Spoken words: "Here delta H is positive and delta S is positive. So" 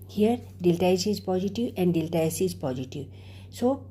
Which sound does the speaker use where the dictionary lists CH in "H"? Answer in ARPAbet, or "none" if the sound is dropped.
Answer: S